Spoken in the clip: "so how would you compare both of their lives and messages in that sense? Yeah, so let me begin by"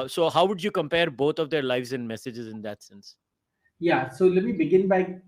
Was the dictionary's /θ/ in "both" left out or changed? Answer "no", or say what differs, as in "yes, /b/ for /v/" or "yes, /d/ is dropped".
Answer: yes, /t/ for /θ/